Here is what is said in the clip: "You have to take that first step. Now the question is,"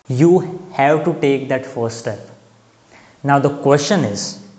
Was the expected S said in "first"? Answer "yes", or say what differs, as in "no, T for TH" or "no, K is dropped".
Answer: no, S is dropped